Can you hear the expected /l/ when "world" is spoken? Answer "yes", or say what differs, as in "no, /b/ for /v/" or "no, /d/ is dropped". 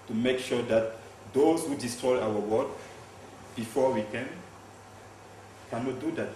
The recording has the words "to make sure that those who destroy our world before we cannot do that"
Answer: no, /l/ is dropped